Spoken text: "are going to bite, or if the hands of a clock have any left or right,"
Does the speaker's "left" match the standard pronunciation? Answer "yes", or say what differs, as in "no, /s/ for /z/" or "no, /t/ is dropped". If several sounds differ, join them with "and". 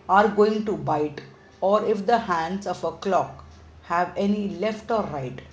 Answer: yes